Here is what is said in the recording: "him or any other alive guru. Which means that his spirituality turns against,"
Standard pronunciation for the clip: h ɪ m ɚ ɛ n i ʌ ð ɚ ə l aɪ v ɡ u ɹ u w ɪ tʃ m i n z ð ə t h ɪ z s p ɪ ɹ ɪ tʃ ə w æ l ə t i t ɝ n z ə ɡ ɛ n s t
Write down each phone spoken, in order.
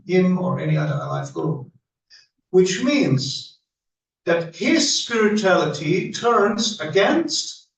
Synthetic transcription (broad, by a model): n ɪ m ɚ ɛ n i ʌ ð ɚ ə l aɪ f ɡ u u w ɪ tʃ m i n z ð ə t h ɪ z s p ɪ ɹ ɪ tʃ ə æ l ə t i t ɝ n z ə ɡ ɛ n s t